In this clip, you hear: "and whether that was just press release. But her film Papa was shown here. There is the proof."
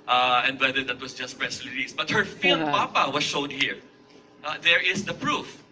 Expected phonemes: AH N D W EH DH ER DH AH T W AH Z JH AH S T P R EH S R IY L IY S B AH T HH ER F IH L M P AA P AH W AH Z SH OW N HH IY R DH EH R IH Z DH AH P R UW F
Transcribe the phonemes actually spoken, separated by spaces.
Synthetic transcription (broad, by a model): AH N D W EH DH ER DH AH T W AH S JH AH S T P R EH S L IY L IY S B AH T HH ER F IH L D P AA P AH W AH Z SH OW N HH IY R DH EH R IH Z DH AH P R UW F